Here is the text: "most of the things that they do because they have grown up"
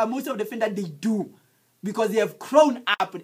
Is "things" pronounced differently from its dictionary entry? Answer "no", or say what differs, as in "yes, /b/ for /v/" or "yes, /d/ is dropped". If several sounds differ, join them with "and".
yes, /f/ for /θ/